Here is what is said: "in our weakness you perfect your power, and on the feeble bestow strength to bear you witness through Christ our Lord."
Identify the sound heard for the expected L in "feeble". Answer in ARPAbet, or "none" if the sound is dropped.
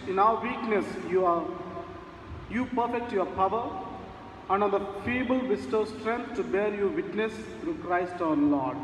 L